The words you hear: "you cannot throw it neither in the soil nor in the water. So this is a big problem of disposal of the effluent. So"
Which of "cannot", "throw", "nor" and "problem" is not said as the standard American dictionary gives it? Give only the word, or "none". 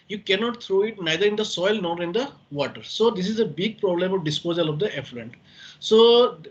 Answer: throw